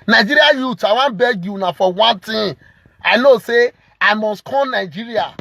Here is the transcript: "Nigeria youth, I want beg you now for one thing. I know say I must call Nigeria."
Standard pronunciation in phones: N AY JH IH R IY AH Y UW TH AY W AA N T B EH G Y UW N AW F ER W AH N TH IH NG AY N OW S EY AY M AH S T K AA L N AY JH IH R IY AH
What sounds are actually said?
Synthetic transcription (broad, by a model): N AY JH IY R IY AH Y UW T AY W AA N B EH G Y UW N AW F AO W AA N T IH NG AY N OW S EY AY M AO S T K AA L N AY JH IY R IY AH